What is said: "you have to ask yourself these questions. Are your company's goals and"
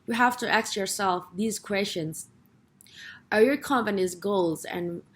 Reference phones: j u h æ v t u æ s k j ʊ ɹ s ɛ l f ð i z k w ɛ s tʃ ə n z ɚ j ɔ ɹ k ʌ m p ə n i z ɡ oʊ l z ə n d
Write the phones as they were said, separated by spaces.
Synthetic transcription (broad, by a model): j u h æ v t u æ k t j ʊ ɹ s ɛ l f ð i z k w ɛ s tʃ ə n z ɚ j ɔ ɹ k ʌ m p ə n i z ɡ oʊ l z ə n